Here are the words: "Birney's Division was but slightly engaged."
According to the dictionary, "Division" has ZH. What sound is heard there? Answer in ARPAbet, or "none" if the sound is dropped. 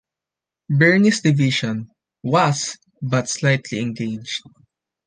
SH